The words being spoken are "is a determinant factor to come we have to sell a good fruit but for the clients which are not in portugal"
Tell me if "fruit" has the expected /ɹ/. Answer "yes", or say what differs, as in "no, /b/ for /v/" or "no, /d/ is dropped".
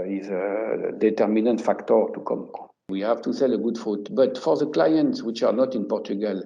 no, /ɹ/ is dropped